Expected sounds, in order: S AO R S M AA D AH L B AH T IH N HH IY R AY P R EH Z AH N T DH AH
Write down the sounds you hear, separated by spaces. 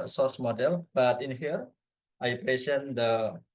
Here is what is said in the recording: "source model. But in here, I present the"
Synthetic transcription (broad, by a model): S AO S M AA D AH L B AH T IH N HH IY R AY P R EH S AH N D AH